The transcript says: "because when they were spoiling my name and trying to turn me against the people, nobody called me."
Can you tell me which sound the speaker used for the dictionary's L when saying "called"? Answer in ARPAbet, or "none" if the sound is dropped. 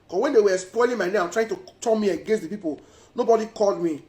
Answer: L